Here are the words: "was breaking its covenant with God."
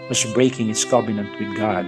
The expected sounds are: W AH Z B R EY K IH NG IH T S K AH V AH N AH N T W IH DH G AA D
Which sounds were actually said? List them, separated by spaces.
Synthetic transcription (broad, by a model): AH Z B R EY K IH NG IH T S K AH B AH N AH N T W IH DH G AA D